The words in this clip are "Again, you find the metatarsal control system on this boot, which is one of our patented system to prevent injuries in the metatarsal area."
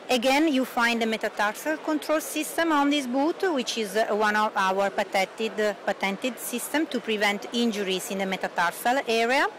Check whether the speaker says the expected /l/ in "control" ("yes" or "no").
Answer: yes